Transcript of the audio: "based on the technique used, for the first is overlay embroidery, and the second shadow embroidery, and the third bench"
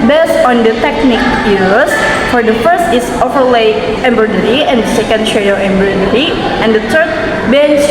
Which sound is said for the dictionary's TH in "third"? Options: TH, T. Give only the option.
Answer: T